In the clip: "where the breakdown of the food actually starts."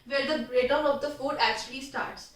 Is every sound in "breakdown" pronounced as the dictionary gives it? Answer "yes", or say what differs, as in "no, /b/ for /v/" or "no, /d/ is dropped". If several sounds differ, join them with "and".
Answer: no, /k/ is dropped